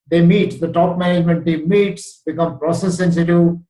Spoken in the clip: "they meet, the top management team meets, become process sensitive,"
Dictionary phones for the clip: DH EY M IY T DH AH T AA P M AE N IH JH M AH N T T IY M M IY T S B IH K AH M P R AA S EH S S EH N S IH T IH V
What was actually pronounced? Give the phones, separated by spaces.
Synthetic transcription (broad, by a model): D EY M IY T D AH T AA P M AE N IH JH M AH N T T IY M M IY T S B IH K AH M P R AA S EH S S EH N S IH T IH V